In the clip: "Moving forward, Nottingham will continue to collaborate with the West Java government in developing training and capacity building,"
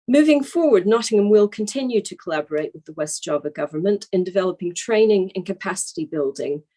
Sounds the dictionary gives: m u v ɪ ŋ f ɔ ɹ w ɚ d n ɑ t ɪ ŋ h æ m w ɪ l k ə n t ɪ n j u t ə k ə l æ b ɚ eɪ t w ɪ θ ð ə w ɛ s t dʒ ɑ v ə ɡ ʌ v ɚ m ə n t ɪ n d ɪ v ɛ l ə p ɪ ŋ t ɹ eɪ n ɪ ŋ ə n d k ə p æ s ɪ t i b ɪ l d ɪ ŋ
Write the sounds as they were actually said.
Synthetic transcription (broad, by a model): m u v ɪ ŋ f ɔ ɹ w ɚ d n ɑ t ɪ ŋ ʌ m w ɪ l k ə n t ɪ n j u t ə k ə l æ b ɚ eɪ t w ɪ ð ə w ɛ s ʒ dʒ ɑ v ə ɡ ʌ v ɚ m ə n t ɪ n d ɪ v ɛ l ə p ɪ ŋ t ɹ eɪ n ɪ ŋ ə n k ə p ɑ s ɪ t i b ɪ l d ɪ ŋ